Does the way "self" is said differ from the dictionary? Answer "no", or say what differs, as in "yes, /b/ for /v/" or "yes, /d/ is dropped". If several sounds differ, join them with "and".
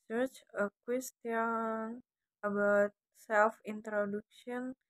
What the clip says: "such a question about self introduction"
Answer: no